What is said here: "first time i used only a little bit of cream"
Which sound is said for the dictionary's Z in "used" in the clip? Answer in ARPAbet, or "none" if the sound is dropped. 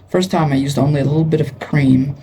Z